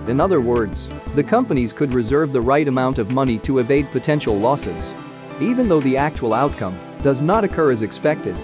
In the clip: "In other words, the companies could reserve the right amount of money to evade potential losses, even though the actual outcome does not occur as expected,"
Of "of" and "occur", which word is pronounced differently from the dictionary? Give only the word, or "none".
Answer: none